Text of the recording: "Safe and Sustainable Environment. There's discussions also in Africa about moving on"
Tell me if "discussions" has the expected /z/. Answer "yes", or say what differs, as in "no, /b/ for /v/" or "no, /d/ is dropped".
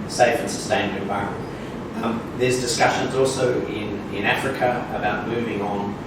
yes